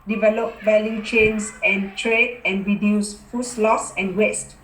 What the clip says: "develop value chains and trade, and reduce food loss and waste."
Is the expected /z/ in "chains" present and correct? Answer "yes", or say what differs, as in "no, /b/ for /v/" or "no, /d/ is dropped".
no, /s/ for /z/